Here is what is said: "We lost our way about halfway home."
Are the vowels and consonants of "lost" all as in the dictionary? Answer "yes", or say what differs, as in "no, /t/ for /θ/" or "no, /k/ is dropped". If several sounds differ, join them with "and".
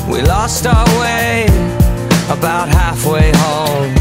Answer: yes